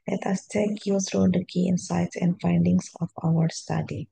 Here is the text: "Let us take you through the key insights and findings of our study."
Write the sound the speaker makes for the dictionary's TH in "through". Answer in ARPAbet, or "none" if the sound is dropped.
S